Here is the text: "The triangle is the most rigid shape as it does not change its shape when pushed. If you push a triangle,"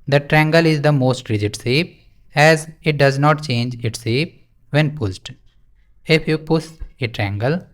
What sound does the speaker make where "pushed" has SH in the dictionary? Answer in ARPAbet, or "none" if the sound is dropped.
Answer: S